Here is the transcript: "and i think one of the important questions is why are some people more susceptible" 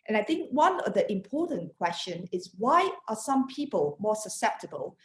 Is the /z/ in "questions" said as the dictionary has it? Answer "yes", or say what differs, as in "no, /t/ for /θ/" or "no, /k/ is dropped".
no, /z/ is dropped